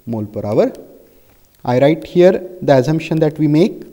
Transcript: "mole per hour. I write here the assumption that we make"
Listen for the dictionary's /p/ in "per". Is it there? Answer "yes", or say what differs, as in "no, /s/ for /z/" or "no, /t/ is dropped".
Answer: yes